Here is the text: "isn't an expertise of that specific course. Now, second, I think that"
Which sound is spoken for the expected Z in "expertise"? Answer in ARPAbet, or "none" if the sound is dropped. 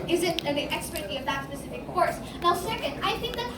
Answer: none